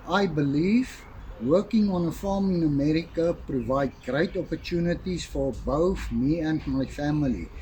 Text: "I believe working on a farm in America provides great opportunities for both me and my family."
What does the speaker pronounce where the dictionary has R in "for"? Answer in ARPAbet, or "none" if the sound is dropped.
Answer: R